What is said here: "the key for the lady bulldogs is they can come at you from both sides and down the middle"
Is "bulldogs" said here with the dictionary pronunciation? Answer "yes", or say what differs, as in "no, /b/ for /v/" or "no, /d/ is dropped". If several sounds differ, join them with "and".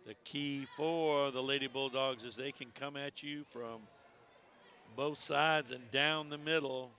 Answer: yes